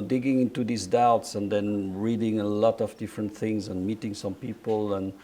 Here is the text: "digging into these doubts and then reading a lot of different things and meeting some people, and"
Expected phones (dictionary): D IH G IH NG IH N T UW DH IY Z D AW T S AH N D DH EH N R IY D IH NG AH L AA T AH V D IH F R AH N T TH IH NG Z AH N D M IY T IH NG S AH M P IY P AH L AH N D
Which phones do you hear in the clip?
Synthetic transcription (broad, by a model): D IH G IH NG IH N T UW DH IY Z D AW T S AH N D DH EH N R IY D IH NG AH L AA T AH V D IH F R AH N T TH IH NG Z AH N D M IY T IH NG S AH M P IY P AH L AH N